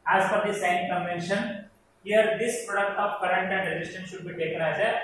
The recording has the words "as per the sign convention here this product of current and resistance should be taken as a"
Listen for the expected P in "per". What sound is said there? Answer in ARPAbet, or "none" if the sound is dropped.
F